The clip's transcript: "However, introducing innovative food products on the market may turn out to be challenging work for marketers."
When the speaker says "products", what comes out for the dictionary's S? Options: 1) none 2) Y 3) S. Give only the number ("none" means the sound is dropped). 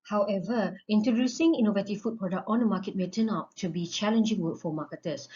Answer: 1